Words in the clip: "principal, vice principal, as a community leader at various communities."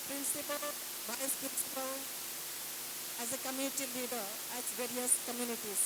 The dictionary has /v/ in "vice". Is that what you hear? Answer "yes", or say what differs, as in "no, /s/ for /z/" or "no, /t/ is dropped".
no, /b/ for /v/